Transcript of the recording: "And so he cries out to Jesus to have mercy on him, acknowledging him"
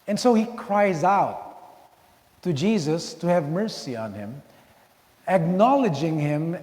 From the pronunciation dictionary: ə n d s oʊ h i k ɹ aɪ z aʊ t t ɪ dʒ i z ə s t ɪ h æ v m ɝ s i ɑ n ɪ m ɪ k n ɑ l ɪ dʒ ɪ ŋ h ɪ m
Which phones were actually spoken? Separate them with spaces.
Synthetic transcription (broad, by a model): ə n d s oʊ h i k ɹ aɪ z aʊ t t ɪ dʒ i z ə s t ɪ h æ v m ɝ s i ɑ n ɪ m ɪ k n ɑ l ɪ dʒ ɪ ŋ h ɪ m